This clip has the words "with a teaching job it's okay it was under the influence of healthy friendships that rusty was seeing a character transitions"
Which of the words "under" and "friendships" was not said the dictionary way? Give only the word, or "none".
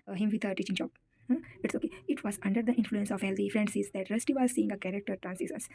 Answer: friendships